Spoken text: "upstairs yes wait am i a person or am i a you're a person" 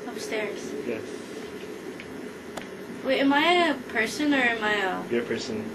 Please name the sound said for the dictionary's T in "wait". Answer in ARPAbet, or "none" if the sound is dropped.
none